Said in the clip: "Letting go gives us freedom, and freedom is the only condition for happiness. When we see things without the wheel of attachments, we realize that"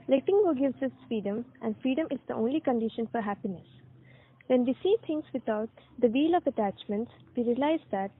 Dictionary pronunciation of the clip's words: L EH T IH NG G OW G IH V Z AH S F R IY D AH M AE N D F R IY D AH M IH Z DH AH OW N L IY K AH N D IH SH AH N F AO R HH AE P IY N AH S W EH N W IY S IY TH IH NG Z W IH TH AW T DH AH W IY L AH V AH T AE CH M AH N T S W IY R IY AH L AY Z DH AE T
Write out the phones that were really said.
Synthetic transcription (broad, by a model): L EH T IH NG G OW G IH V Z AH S F R IY D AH M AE N D F R IY D AH M IH Z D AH OW N L IY K AH N D IH SH AH N F AO R HH AE P IY N AH S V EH N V IY S IY T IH NG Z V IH T AW T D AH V IY L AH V AH T AE CH M AH N T S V IY R IY AH L AY Z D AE T